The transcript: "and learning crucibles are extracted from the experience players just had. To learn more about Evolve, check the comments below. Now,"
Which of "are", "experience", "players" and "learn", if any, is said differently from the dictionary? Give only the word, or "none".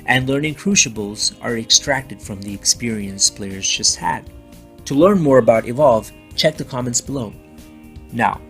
none